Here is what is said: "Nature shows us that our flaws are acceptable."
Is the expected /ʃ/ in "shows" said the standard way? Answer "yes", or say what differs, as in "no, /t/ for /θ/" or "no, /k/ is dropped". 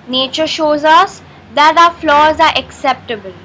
yes